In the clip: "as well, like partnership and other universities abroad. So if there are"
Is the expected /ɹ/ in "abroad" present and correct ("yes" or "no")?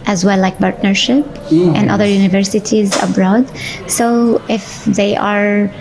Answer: yes